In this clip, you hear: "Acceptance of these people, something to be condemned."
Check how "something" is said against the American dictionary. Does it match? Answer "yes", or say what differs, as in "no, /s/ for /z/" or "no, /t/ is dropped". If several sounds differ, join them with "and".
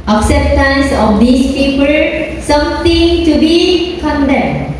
no, /t/ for /θ/